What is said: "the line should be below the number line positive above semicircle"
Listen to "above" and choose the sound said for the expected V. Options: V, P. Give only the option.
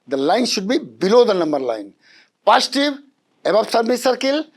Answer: P